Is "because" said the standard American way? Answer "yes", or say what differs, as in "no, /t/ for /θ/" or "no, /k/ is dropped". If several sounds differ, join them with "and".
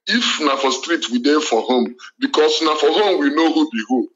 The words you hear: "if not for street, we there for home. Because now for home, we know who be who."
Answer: no, /s/ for /z/